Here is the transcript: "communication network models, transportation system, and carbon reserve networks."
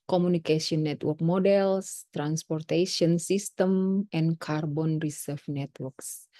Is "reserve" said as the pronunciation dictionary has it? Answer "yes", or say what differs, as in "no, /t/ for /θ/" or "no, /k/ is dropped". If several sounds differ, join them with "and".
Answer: no, /s/ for /z/